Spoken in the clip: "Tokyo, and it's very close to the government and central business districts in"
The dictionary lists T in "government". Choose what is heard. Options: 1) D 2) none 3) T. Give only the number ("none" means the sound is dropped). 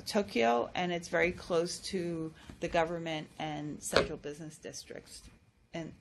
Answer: 3